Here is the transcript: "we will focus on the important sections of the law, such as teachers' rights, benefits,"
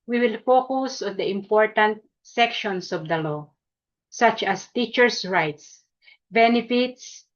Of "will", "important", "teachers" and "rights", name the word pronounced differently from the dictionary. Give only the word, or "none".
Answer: teachers